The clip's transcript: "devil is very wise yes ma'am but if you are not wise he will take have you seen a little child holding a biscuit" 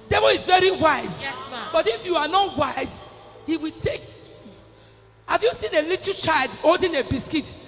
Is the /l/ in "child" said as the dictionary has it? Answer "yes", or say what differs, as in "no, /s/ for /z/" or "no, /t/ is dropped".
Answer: yes